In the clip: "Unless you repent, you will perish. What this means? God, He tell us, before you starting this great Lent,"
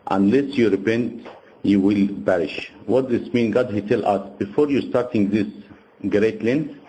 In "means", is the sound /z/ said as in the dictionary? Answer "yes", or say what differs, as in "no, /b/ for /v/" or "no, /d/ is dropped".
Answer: no, /z/ is dropped